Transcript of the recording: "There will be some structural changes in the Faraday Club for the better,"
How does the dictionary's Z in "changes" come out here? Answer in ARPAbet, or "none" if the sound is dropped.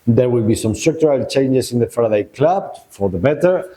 S